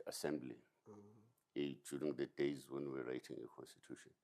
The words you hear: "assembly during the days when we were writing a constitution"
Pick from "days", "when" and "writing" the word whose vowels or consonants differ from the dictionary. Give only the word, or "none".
none